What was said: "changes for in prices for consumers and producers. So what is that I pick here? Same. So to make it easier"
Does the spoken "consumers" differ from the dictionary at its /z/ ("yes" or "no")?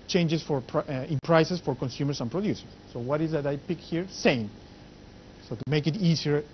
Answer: yes